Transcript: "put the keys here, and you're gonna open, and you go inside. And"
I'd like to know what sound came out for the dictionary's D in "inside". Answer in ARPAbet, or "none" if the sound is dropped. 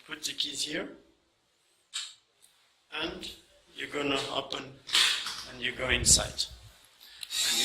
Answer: none